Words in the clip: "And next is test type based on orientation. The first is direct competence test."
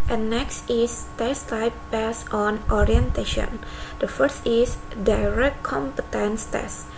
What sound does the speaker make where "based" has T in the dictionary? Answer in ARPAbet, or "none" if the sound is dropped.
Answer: none